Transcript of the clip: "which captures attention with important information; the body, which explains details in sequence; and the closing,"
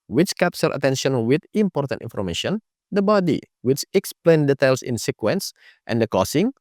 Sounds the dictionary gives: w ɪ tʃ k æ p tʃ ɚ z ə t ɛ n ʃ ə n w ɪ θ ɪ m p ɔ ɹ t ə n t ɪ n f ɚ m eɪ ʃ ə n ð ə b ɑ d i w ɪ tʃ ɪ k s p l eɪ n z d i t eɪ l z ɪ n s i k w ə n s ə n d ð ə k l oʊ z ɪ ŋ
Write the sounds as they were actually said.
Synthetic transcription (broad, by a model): w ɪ tʃ k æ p s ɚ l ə t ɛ n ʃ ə n w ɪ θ ɪ m p ɔ ɹ t ə n t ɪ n f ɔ m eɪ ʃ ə n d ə b ɑ d i w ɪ tʃ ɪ k s p l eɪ n d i t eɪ l s ɪ n s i k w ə n s ə n d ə k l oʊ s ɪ ŋ